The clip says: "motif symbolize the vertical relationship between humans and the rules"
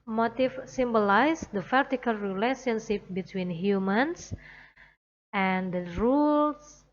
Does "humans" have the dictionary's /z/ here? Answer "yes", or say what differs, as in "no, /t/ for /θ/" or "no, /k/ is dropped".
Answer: no, /s/ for /z/